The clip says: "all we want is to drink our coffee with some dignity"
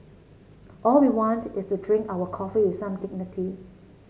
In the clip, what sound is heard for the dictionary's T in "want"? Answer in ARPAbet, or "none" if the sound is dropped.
T